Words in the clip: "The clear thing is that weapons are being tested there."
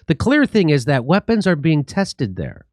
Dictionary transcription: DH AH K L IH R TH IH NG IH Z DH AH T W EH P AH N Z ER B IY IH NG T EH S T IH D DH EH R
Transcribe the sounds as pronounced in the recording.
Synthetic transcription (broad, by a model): DH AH K L IH R TH IH NG IH Z DH AH T W EH P AH N Z ER B IY IH NG T EH S T IH D DH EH R